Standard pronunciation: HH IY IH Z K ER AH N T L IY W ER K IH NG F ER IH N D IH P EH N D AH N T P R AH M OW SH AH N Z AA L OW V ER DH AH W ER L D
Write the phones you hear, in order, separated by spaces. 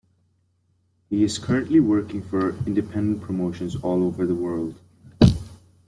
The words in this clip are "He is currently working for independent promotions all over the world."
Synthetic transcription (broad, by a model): HH IY IH Z K ER AH N T L IY W ER K IH NG F ER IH N D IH P EH N D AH N P R AH M OW SH AH N Z AA L OW V ER DH AH W ER L D